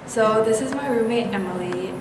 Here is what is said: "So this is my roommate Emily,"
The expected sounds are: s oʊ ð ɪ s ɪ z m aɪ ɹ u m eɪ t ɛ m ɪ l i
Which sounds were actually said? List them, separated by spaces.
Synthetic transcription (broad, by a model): s oʊ ð ɪ s ɪ z m aɪ ɹ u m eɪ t ɛ m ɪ l i